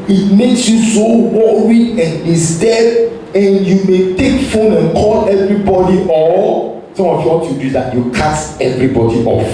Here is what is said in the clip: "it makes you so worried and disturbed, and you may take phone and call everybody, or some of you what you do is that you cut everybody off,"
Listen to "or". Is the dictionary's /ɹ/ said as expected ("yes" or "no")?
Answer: no